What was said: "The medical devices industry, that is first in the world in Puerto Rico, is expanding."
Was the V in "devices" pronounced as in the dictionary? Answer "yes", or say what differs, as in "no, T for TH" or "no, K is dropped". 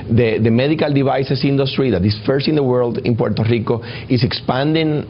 no, B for V